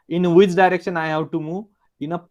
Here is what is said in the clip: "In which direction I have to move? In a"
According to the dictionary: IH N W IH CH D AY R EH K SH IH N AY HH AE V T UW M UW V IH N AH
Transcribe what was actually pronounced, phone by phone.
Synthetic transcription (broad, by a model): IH N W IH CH D AY R EH K SH IH N AY HH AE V T UW M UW IH N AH